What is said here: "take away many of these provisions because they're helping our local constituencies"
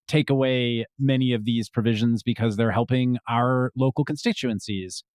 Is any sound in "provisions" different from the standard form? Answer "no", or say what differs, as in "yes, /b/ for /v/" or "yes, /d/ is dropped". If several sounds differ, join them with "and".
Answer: no